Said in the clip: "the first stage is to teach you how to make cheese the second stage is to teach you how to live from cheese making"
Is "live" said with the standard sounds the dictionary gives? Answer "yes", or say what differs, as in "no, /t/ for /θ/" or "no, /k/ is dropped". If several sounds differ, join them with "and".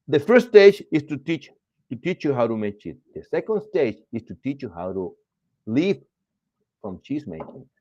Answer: no, /p/ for /v/